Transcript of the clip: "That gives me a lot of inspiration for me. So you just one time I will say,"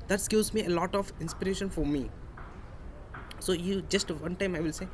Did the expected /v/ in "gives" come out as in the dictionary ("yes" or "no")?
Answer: no